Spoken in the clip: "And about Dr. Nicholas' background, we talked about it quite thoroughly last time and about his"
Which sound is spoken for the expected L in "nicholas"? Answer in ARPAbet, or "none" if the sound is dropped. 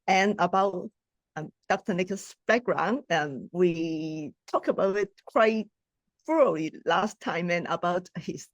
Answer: none